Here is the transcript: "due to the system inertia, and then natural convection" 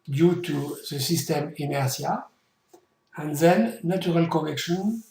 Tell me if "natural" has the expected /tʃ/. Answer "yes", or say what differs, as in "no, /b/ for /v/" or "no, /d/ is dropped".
no, /tʃ/ is dropped